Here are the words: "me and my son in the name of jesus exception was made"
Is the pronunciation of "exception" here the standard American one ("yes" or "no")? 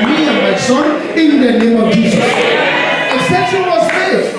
no